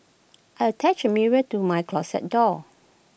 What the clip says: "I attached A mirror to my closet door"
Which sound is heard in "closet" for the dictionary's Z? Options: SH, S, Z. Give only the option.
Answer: S